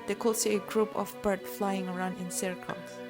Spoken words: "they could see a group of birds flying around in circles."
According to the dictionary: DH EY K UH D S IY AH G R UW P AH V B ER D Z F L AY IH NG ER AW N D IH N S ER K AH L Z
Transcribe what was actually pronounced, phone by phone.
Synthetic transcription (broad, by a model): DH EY K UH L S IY AH G R UW P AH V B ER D F L AY IH NG ER AW N D IH N S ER K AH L